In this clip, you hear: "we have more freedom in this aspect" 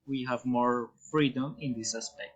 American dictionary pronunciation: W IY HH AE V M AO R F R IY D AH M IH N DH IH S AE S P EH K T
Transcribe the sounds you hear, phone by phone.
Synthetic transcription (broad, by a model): W IY HH AE V M AO R F R IY D AH M IH N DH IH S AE S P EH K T